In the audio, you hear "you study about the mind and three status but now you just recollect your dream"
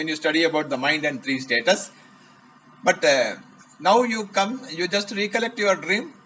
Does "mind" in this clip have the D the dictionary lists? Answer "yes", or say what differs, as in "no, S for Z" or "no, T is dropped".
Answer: yes